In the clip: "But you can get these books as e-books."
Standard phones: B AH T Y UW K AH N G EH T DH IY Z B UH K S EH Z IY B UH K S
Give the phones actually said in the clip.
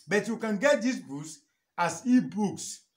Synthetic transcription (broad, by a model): B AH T Y UW K AH N G EH T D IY S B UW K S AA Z IY B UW K S